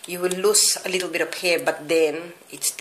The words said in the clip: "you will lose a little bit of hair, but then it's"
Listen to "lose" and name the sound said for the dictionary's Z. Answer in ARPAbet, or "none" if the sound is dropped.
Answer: S